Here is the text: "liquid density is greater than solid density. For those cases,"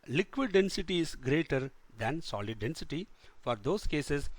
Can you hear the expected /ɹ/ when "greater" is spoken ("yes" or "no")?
yes